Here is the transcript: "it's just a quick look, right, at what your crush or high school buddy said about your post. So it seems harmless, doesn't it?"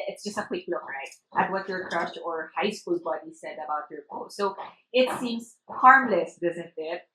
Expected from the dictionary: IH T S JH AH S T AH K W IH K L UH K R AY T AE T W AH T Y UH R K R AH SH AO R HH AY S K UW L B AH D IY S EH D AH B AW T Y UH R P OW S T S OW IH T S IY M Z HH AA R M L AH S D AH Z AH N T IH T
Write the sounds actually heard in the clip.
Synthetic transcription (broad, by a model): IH T S JH AH S T AH K W IH K L UH K R AY T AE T W AH T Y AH R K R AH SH AO R HH AY S K UW L B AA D IY S EH D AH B AW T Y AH R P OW T S OW IH T S IY M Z HH AA R M L AH S D AH Z AH N T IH T